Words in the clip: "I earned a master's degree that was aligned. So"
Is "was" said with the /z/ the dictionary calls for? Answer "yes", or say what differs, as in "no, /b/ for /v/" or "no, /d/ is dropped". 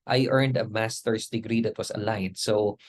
no, /s/ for /z/